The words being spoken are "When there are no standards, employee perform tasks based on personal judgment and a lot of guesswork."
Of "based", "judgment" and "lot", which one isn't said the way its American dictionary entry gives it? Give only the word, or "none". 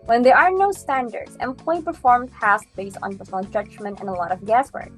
none